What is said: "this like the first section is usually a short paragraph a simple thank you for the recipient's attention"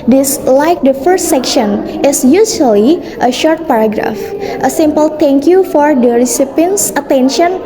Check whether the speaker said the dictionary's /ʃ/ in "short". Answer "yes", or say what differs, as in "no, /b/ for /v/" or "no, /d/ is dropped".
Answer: yes